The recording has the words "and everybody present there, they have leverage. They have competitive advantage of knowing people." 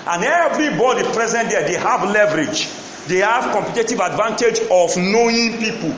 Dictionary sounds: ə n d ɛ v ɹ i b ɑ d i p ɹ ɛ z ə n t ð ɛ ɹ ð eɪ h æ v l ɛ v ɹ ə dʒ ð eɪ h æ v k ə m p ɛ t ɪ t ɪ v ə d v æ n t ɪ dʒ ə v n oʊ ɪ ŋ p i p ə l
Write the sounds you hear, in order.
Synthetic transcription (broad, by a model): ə n ɛ v ɹ i b ɑ d i p ɹ ɛ z ə n t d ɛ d eɪ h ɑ v l ɛ v ɹ ə dʒ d eɪ h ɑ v k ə m p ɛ t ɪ t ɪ v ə d v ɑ n t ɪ dʒ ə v n oʊ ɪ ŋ p i p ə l